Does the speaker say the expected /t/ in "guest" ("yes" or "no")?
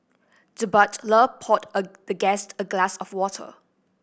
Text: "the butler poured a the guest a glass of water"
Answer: yes